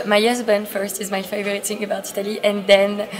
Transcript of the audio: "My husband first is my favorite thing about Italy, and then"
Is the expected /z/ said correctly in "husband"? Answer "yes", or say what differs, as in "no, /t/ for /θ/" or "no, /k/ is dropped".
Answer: yes